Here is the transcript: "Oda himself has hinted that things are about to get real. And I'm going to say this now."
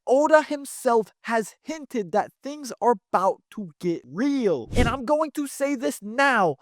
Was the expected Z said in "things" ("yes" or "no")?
yes